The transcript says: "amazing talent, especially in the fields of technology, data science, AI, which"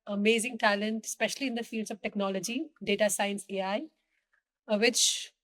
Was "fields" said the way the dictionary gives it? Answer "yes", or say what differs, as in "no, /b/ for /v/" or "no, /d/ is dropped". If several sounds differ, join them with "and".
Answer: yes